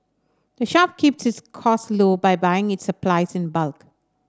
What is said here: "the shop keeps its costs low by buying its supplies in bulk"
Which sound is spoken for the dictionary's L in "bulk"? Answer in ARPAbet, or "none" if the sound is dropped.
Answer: L